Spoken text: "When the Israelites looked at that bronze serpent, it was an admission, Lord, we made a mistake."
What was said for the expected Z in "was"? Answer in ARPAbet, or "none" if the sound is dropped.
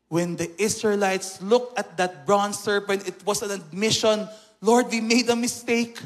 S